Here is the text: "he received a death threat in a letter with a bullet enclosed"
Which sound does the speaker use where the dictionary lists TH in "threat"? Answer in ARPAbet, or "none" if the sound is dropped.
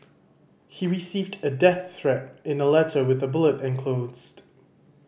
TH